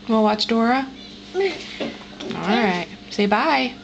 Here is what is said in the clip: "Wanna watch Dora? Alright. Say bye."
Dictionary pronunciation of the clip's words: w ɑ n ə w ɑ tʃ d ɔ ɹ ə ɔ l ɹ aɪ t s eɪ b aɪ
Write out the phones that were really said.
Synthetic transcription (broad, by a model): w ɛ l w ɑ tʃ d ɔ ɹ ə ɔ l ɹ aɪ t s eɪ b aɪ